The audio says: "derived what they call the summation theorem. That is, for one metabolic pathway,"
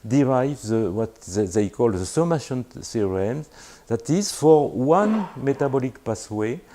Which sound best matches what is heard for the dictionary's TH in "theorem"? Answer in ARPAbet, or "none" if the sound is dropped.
S